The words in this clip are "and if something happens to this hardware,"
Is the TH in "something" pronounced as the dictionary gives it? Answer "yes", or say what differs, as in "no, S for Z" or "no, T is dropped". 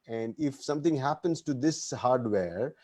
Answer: no, T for TH